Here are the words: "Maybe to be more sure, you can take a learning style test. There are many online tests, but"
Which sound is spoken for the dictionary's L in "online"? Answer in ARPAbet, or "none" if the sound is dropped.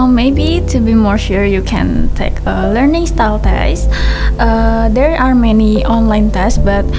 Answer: L